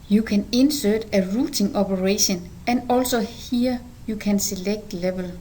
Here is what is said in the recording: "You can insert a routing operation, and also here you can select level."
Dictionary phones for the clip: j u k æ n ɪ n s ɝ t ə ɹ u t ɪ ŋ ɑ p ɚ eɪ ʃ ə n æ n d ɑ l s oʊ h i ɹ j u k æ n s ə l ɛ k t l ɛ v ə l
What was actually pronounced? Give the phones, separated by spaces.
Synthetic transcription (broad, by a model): j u k æ n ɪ n s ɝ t ə ɹ u s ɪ ŋ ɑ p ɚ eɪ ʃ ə n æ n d ɑ l s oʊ h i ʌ j u k æ n s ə l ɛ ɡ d l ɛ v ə l